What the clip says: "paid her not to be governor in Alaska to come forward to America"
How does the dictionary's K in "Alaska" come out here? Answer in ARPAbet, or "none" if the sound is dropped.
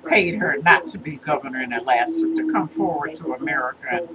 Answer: none